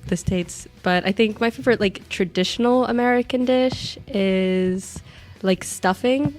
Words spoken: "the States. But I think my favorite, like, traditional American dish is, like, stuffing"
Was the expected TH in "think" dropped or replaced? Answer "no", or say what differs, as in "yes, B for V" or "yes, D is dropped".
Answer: no